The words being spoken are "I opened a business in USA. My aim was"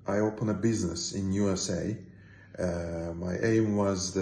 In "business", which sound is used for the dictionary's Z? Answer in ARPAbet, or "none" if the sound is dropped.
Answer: Z